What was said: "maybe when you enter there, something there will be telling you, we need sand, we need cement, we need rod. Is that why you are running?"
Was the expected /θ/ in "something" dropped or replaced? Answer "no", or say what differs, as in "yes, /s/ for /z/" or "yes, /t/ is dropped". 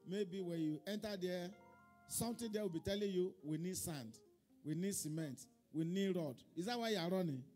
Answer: yes, /t/ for /θ/